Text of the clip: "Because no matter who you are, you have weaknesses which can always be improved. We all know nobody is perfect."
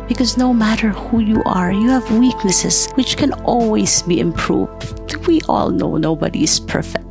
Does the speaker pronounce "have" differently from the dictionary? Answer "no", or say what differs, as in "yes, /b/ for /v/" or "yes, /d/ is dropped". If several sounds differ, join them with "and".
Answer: no